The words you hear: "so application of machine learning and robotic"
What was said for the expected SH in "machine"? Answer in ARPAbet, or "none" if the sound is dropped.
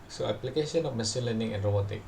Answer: S